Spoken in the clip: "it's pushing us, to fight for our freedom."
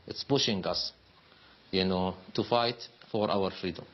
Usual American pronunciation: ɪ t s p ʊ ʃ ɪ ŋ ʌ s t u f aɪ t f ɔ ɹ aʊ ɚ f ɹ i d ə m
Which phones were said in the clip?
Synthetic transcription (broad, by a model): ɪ t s b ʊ ʃ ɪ ŋ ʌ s t u f aɪ t f ɔ ɹ aʊ ɚ f ɹ i d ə m